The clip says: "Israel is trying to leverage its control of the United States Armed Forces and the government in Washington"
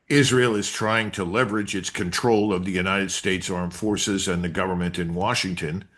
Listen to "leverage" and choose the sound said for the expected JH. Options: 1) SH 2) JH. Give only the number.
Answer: 2